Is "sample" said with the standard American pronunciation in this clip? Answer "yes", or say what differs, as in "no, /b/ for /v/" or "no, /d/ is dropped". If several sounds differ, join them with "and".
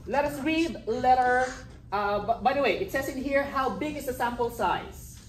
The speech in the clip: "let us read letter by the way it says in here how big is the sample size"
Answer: yes